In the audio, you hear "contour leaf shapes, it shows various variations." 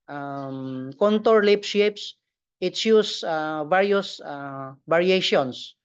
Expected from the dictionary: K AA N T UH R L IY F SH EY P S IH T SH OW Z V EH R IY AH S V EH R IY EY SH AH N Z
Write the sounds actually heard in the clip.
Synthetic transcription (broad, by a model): K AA N T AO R L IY P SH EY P S IH T S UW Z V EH R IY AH S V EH R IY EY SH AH N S